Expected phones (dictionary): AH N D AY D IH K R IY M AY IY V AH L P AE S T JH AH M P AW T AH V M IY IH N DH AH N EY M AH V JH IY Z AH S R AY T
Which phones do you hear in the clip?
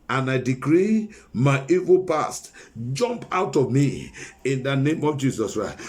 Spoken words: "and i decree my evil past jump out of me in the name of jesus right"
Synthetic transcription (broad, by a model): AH N AY D IH K R IY M AY IY V AH L P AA S T JH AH M P AW T AH V M IY IH N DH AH N EY M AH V JH IY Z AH S R AY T